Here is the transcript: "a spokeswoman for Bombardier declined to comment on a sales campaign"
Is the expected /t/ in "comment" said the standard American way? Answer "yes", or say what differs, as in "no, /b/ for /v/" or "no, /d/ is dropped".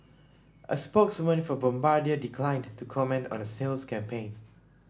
yes